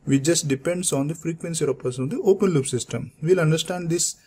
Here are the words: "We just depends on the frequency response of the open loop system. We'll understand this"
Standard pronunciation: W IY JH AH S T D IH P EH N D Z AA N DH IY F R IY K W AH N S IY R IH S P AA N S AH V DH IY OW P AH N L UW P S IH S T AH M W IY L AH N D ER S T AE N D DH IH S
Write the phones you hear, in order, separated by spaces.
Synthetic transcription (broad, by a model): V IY JH AH S T D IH P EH N D S AA N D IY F R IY K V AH N S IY R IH P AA S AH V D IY OW P AH N L UW P S IH S T AH M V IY L AH N D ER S T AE N D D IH S